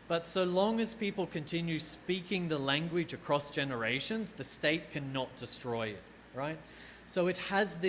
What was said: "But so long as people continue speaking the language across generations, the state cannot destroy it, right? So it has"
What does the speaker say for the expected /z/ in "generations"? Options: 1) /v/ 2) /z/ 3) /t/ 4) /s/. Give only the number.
2